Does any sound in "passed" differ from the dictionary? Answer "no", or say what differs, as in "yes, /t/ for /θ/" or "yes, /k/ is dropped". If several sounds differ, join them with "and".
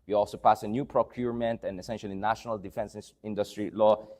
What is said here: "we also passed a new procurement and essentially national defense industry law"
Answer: yes, /t/ is dropped